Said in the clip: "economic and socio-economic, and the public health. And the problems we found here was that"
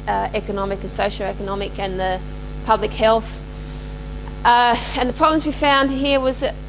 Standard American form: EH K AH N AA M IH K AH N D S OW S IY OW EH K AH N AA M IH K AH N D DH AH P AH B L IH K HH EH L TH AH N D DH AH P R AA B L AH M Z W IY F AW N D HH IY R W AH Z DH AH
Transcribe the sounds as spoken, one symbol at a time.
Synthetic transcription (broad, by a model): EH K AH N AA M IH K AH N S OW SH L EH K AH N AA M IH K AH N DH AH P AH B L IH K HH EH L TH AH N DH AH P R AA B L AH M Z W IY F AW N D HH IY R W AH Z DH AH